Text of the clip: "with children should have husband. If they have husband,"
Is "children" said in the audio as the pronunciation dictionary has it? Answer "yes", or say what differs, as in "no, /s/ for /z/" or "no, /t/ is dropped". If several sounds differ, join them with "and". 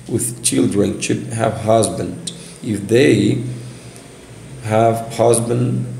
yes